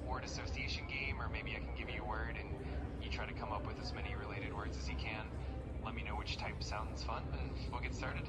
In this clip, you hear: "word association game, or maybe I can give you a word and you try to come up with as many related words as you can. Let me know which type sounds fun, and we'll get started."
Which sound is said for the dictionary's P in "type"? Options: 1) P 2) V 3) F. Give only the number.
1